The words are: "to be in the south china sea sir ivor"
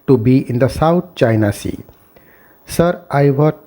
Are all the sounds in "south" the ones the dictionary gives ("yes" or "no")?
no